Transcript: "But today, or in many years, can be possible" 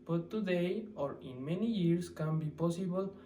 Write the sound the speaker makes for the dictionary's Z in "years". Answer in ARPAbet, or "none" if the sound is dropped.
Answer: S